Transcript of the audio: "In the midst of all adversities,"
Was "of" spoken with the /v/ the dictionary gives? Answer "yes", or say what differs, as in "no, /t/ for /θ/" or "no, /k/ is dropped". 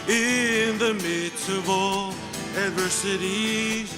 yes